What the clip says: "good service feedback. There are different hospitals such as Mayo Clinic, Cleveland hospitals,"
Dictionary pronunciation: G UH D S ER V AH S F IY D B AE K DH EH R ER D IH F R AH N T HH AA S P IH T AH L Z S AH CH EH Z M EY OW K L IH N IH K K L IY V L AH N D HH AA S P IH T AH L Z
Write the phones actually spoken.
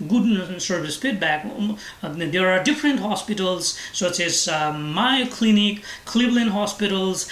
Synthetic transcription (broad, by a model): G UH D S ER V AH S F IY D B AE K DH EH R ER D IH F R AH N T HH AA S P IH T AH L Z S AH S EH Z M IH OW K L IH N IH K K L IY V L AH N HH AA S P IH T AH L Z